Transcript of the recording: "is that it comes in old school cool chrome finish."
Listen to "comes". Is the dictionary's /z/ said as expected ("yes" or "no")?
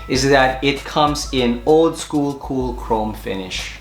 yes